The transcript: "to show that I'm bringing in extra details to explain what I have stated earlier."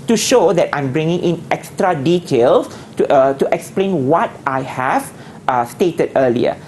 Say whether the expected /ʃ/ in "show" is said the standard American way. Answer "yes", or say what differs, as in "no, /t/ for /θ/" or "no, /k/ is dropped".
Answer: yes